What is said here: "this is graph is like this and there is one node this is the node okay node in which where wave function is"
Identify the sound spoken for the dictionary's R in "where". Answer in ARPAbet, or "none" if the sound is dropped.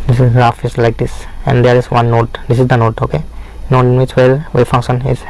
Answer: L